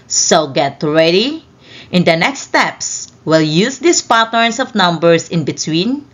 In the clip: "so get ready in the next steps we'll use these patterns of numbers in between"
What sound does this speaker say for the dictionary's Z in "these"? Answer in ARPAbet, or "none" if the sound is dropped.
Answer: S